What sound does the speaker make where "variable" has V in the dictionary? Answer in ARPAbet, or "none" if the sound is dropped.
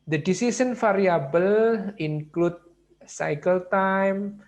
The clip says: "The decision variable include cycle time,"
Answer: F